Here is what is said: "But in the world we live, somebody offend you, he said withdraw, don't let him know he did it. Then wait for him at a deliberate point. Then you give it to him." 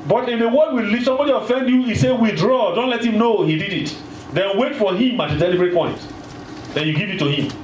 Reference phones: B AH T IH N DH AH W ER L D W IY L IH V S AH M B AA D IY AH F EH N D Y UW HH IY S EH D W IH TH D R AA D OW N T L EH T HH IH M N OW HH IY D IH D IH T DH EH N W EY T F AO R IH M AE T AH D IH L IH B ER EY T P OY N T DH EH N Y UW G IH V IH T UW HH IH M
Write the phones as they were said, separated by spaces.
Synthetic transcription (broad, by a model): B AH T IH N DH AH W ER D W IY L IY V S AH M B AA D IY AH F EH N D Y UW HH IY S EH W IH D R AA D OW N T L EH T HH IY M N OW HH IY D IH D IH T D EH N W EY T F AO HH IH M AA T AH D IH L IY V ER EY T P OY N T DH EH N Y UW G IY V IH T UW HH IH M